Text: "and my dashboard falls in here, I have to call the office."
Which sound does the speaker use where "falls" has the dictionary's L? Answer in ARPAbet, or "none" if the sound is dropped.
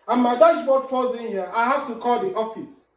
none